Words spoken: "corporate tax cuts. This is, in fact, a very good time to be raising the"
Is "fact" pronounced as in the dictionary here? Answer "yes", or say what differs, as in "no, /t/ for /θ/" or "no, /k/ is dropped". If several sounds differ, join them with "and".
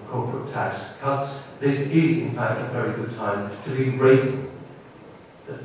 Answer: yes